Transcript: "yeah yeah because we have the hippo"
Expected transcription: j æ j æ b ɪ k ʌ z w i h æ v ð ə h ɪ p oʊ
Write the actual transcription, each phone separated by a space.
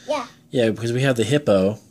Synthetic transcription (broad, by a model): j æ j æ b ɪ k ʌ z w i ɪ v ð ə h ɪ p oʊ